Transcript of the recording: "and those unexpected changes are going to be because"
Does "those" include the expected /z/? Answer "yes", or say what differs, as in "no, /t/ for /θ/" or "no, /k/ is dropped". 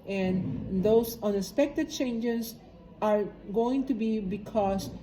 no, /s/ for /z/